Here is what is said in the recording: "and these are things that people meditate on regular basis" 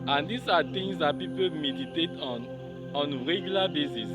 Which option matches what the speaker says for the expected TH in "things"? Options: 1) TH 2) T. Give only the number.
2